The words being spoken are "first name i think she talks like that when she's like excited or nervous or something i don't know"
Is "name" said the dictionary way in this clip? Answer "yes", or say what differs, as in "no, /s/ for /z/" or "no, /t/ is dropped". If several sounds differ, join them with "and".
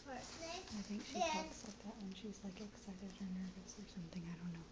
no, /m/ is dropped